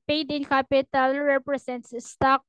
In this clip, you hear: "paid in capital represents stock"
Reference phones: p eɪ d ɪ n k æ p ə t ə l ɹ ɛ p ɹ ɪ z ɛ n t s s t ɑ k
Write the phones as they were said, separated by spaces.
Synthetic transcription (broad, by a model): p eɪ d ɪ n k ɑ p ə t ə l ɹ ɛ p ɹ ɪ s ɛ n t s s t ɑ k